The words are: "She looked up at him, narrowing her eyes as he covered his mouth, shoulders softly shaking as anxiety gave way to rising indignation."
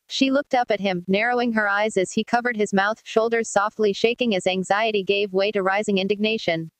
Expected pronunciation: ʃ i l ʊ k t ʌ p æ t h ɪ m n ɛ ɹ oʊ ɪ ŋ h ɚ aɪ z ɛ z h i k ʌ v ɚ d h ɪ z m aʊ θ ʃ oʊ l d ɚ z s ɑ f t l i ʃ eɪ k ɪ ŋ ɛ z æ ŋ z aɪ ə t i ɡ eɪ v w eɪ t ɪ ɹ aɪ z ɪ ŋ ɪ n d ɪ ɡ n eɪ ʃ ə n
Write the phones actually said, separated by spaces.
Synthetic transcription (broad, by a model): ʃ i l ʊ k t ʌ p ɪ t h ɪ m n ɛ ɹ oʊ ɪ ŋ h ɚ aɪ z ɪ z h i k ʌ v ɚ d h ɪ z m aʊ θ ʃ oʊ l d ɚ z s ɑ f t l i ʃ eɪ k ɪ ŋ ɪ z æ ŋ z aɪ ə t i ɡ eɪ v w eɪ t ɪ ɹ aɪ z ɪ ŋ ɪ n d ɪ ɡ n eɪ ʃ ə n